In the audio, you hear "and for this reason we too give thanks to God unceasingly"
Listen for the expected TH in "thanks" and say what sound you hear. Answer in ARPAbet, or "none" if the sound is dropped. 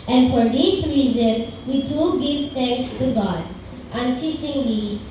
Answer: T